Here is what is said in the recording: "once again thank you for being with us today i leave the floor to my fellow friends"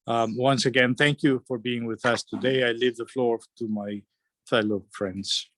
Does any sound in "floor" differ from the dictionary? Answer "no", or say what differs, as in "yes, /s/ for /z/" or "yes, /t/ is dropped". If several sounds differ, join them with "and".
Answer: no